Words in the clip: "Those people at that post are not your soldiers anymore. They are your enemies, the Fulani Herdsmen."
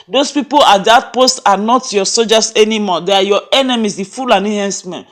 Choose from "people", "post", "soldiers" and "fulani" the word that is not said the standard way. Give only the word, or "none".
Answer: soldiers